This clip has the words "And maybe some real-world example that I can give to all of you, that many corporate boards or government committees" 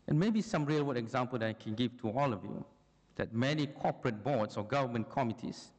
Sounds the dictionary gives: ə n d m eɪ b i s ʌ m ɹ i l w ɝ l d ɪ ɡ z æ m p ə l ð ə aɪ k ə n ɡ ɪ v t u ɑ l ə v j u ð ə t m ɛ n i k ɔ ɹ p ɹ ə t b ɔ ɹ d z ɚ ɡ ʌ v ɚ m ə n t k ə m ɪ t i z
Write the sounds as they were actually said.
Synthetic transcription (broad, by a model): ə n m eɪ b i s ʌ m ɹ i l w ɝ d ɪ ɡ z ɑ m p ə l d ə aɪ k ə n ɡ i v t u ɑ l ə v j u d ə t m ɛ n i k ɔ p ɹ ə t b ɔ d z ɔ ɡ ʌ v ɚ m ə n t k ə m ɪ t i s